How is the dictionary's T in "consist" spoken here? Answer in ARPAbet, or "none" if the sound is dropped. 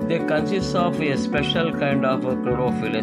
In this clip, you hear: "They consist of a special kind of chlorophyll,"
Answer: none